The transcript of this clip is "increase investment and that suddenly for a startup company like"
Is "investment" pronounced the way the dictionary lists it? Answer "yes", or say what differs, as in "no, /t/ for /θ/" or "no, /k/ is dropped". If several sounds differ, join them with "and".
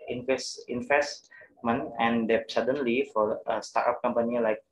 no, /t/ is dropped